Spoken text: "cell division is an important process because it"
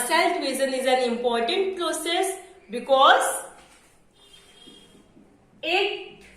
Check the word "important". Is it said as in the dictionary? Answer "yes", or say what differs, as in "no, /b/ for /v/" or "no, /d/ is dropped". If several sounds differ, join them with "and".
yes